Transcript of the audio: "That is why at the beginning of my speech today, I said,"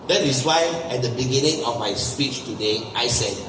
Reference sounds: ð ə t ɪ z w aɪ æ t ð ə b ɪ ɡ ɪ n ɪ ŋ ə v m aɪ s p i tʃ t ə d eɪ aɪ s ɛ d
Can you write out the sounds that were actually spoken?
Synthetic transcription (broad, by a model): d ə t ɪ s w aɪ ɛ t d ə b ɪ ɡ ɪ n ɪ ŋ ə f m aɪ s p i tʃ t ə d eɪ aɪ s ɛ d